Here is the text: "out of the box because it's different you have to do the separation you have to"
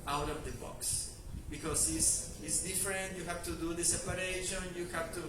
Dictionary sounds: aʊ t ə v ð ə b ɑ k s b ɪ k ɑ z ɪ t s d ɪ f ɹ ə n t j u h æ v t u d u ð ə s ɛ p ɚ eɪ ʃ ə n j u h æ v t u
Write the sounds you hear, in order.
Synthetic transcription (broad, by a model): aʊ t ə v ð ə b ɑ k s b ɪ k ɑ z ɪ s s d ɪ f ɹ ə n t j u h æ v t u d u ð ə s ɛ p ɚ eɪ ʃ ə n j u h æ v t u